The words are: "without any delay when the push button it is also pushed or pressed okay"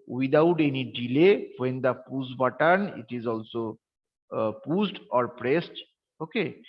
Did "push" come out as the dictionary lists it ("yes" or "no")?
no